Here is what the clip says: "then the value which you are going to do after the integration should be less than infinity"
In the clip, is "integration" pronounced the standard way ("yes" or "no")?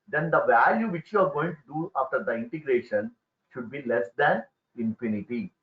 yes